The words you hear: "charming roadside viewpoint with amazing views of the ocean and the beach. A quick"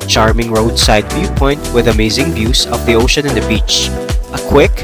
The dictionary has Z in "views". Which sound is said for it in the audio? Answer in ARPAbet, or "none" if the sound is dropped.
S